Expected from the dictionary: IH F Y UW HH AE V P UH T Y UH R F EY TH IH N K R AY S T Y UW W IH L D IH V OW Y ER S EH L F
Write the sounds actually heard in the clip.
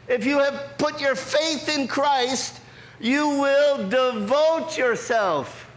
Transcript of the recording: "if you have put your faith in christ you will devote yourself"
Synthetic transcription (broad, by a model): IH F Y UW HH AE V P UH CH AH R F EY TH IH N K R AY S T Y UW W IH L D IH V OW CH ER S EH L F